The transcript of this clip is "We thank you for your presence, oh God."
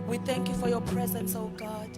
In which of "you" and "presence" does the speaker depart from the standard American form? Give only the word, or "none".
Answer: none